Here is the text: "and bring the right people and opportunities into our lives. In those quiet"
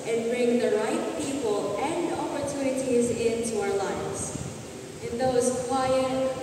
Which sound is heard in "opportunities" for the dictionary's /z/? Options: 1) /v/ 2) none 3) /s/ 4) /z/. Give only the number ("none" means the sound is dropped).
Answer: 4